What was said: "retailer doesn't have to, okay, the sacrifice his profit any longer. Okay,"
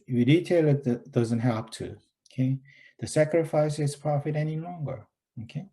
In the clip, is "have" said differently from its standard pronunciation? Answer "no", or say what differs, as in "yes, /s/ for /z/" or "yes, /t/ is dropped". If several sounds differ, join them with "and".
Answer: yes, /p/ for /v/